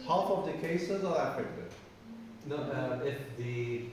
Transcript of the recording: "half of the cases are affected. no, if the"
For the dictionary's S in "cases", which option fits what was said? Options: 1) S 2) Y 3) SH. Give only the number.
1